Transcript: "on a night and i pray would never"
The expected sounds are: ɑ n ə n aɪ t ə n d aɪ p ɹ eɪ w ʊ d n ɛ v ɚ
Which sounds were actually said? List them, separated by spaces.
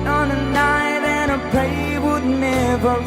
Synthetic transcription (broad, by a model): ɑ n ə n aɪ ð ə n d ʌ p eɪ w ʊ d n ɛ v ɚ